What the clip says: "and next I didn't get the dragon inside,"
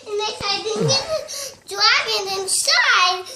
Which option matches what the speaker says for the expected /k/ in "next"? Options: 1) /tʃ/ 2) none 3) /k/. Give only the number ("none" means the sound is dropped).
2